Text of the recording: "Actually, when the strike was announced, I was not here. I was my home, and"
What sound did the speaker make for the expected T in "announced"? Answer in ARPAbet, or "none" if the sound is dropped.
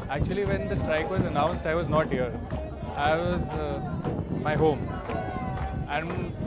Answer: T